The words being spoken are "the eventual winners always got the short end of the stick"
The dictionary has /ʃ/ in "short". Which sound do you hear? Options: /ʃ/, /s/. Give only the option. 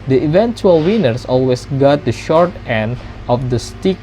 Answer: /ʃ/